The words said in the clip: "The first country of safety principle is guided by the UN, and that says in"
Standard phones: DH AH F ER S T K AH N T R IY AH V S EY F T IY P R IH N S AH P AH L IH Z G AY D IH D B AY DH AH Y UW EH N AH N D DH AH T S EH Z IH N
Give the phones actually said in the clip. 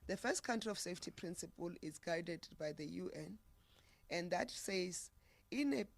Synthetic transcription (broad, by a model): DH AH F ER S T K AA N T R IY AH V S EY F T IY P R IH N S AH P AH L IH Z G AY D IH D B AY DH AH Y UW EH N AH N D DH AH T S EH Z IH N